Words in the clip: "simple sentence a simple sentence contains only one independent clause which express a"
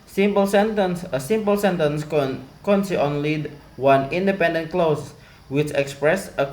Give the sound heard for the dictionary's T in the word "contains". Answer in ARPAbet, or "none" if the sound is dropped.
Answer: S